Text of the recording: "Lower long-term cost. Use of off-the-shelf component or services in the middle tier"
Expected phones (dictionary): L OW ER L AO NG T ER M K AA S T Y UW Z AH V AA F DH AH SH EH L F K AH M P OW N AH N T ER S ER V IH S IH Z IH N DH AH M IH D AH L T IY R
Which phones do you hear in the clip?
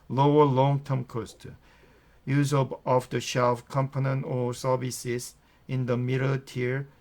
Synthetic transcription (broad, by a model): L OW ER L AO NG T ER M K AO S T Y UW Z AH B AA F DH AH SH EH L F K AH M P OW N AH N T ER S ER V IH S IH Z IH N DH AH M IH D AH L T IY R